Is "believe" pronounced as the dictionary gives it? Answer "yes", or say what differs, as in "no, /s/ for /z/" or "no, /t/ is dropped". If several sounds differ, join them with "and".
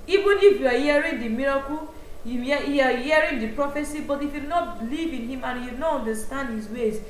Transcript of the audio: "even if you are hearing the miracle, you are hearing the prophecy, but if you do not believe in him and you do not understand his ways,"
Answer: yes